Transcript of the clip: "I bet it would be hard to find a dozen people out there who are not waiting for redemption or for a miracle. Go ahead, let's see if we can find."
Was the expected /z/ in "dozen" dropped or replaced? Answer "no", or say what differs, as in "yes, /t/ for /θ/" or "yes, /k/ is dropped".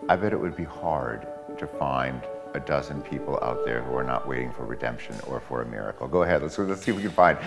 no